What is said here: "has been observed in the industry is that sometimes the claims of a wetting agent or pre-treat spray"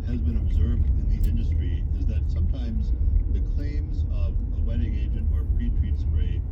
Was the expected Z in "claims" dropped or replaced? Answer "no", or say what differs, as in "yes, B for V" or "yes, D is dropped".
no